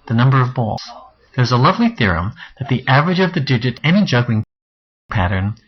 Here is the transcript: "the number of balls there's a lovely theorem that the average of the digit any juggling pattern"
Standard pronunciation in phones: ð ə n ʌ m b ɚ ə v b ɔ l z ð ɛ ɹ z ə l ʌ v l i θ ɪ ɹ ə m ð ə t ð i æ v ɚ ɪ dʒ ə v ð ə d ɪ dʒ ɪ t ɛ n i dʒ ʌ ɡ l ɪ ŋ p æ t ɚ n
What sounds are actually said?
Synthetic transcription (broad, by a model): ð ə n ʌ m b ɚ ə v b ɔ l z ð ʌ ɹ z ə l ʌ v l i θ ɪ ɹ ə m ð ə t ð i æ v ɚ ɪ dʒ ə v ð ə d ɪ dʒ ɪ t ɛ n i dʒ ʌ ɡ l ɪ ŋ p æ t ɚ n